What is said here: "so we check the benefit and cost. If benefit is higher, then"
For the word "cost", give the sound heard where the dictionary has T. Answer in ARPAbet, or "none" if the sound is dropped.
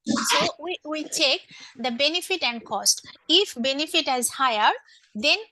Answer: T